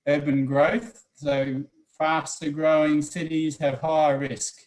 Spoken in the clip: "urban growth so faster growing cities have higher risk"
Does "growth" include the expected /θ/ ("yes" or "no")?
yes